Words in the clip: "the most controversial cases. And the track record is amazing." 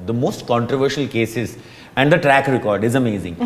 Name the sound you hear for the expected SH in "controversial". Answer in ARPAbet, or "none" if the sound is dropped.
SH